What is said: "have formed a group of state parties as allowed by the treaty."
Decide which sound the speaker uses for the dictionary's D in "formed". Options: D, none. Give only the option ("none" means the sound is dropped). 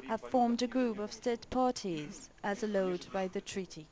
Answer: D